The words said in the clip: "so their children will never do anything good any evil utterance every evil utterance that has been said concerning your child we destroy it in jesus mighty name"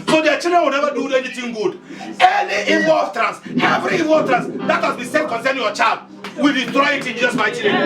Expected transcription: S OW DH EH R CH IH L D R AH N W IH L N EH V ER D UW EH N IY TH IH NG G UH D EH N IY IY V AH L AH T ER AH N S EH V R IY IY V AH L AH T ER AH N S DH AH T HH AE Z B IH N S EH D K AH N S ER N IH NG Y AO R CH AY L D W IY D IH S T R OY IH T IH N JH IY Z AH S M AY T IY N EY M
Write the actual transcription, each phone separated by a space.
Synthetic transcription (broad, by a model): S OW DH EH CH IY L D R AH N W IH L N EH V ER D UW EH N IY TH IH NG G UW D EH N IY IY V AH L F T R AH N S EH V R IY IY V AH L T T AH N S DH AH T HH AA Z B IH S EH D K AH N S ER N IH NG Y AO CH AY L D W IY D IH T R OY IH T IH N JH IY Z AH S M AY T IY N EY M